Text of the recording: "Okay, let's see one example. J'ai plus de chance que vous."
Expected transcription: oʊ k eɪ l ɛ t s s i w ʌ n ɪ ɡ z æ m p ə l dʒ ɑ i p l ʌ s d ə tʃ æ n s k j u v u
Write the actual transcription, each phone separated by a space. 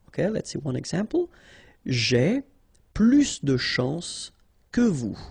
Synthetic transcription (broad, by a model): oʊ k eɪ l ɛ t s s i w ʌ n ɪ ɡ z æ m p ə l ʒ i p l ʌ s d ə ʃ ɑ s k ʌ v u